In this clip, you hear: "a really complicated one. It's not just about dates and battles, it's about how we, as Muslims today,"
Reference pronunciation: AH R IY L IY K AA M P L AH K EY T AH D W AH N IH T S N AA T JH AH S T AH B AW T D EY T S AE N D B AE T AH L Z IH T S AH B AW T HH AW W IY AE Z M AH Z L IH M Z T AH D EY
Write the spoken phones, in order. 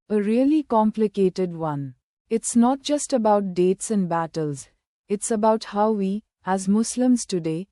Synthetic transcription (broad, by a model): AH R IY L IY K AA M P L AH K EY T AH D W AH N IH T S N AA T JH AH S T AH B AW T D EY T S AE N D B AE T AH L Z IH T S AH B AW T HH AW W IY AE Z M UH S L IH M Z T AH D EY